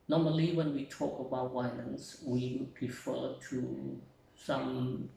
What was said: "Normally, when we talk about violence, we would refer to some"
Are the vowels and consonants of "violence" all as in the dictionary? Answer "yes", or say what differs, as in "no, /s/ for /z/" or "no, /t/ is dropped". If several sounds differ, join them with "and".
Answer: no, /w/ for /v/ and /n/ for /l/